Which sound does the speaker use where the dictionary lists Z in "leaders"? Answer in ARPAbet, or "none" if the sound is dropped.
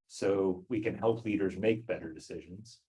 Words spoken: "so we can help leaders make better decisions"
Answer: Z